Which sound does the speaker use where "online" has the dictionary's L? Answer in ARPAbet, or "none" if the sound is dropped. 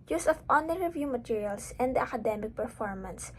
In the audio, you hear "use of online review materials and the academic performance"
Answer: none